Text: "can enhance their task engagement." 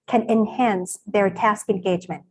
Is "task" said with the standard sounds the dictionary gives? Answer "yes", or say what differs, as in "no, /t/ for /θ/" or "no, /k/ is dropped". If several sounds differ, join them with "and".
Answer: yes